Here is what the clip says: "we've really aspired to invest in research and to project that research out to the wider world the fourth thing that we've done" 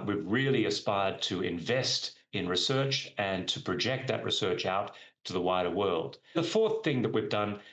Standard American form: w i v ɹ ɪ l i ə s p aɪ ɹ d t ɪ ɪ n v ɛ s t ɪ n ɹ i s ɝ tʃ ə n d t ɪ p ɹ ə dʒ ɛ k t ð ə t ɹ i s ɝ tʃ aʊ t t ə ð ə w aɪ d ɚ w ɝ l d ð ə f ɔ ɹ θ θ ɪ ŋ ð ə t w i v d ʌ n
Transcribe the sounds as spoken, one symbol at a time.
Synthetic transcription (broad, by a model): w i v ɹ ɪ l i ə s p aɪ ɹ d t ɪ ɪ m v ɛ s t ɪ n ɹ i s ɝ tʃ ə n t ɪ p ɹ ə dʒ ɛ k t ð ə t ɹ i s ɝ tʃ aʊ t t ə ð ə w aɪ d ɚ w ɝ l d ð ə f ɔ ɹ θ θ ɪ ŋ ð ə t w i v d ʌ n